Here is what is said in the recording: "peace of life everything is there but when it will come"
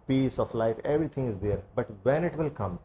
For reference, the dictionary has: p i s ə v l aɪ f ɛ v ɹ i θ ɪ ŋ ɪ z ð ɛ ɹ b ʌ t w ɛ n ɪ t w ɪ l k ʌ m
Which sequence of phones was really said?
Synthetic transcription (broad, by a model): p i s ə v l aɪ f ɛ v ɹ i t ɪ ŋ ɪ z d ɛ ɹ b ʌ t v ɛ n ɪ t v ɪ l k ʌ m